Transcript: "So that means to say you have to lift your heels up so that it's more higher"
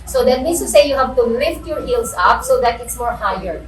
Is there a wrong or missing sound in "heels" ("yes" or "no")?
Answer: yes